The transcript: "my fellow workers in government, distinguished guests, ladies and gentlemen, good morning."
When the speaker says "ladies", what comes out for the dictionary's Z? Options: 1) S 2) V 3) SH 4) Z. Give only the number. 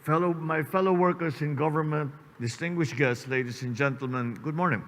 1